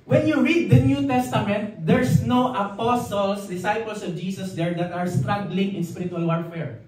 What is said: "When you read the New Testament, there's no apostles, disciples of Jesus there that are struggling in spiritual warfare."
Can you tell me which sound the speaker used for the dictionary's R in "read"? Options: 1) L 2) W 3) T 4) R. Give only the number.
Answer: 4